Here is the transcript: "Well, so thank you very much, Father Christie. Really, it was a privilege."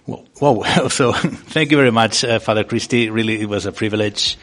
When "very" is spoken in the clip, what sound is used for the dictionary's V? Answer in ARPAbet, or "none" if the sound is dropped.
V